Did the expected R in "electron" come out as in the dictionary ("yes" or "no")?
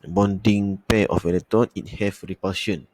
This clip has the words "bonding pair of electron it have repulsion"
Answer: no